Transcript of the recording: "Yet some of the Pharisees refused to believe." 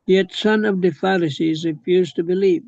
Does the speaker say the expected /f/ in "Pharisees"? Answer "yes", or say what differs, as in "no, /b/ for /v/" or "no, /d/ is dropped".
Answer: yes